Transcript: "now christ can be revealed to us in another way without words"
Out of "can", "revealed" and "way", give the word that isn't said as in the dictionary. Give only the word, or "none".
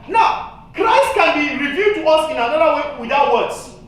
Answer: revealed